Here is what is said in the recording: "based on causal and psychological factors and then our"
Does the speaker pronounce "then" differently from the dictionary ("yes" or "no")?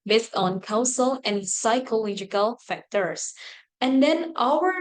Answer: no